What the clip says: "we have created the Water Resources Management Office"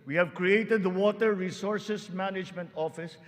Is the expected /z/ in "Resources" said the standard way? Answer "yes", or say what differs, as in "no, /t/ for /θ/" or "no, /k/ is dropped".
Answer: no, /s/ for /z/